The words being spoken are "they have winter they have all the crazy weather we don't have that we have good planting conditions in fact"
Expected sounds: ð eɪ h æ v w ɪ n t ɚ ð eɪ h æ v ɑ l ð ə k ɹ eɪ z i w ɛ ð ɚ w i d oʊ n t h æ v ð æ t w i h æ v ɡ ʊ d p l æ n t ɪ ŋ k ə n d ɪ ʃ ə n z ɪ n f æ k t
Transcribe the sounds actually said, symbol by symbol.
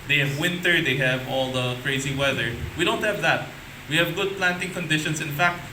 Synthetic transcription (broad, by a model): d eɪ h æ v w ɪ n t ɚ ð eɪ h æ v ɑ l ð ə k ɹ eɪ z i w ɛ ð ɚ w i d oʊ n t h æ v ð æ t w i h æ v ɡ ʊ d p l æ n t ɪ ŋ k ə n d ɪ ʃ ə n s ɪ n f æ k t